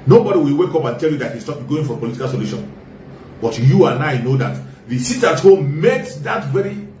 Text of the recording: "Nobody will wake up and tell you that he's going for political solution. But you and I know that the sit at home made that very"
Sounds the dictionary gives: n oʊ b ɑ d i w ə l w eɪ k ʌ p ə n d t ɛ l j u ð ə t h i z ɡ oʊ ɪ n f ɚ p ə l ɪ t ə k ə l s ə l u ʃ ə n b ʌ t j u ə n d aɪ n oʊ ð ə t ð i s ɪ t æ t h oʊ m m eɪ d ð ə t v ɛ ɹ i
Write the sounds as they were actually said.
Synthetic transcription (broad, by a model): n oʊ b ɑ d i w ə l w eɪ k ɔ p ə n t ɛ l j u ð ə t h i s ɡ oʊ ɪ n f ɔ p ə l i t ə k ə l s ə l u ʃ ə n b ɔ t j u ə n aɪ n oʊ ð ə t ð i s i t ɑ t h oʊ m m eɪ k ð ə t v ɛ ɹ i